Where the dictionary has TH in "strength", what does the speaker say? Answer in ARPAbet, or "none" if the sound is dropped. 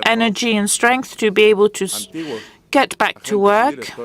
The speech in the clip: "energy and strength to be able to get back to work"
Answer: TH